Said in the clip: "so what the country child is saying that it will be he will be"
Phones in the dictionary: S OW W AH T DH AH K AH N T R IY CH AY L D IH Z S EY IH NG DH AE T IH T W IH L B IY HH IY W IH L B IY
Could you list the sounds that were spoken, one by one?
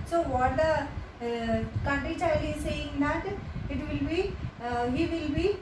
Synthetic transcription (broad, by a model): S OW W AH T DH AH K AH N T R IY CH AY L IH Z S EY IH NG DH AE T IH T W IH L B IY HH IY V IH L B IY